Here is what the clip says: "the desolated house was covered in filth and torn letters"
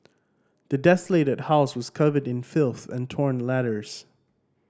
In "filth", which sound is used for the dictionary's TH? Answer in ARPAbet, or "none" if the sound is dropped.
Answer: TH